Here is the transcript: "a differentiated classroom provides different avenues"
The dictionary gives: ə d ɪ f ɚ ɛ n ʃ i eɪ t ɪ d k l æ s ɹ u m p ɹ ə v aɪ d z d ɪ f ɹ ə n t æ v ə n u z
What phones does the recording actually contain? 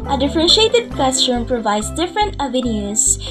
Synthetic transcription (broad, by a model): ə d ɪ f ɚ ɛ n ʃ i eɪ t ɪ d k ɛ s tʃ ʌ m p ɹ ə v aɪ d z d ɪ f ɹ ə n t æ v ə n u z